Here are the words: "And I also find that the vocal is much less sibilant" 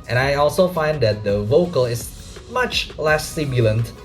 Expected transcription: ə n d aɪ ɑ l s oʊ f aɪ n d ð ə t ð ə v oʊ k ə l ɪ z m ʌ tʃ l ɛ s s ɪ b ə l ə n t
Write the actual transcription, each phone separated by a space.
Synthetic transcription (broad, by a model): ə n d aɪ ɑ l s oʊ f aɪ n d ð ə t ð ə v oʊ k ə l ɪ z m ʌ tʃ l ɛ s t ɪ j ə l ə n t